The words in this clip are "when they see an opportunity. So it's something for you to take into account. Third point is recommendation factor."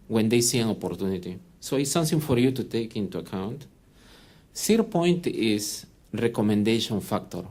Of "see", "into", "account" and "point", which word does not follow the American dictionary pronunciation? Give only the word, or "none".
none